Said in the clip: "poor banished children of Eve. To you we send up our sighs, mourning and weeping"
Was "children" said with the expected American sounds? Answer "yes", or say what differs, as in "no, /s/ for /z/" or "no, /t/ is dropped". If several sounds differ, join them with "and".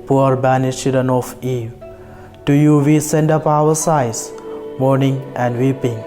no, /l/ is dropped